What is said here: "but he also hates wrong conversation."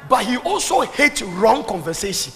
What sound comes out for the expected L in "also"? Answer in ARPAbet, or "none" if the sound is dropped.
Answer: L